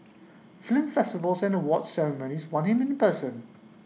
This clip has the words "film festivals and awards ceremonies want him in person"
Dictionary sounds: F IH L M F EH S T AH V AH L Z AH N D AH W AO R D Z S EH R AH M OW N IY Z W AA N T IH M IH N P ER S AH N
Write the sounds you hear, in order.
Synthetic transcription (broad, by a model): F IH L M F EH S T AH V AH L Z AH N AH W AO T S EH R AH M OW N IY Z W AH N IH M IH N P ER S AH N